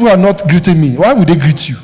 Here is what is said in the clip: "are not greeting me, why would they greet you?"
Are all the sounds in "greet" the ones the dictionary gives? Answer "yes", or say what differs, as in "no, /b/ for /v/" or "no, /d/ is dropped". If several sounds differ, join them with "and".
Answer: yes